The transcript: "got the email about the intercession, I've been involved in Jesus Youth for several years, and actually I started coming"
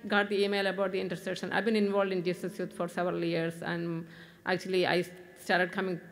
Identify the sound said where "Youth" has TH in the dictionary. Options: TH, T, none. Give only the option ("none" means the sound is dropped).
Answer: T